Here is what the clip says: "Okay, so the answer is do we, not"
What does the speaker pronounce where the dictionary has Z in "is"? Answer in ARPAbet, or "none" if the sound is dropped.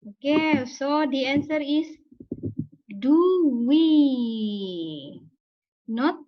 S